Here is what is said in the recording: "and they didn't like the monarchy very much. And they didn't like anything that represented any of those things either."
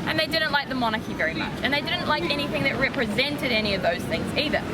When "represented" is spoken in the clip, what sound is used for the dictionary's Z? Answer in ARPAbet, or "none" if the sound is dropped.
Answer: Z